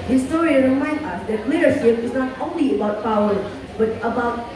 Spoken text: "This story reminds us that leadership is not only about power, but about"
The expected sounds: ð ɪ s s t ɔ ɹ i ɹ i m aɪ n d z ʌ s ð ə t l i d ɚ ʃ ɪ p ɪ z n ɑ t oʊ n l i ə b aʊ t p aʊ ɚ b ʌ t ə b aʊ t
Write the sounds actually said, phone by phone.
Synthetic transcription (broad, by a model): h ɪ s s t ɔ ɹ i ɹ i m aɪ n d ʌ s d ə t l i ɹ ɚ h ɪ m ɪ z n ɑ t oʊ n l i ə b aʊ t p aʊ ɚ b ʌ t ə b aʊ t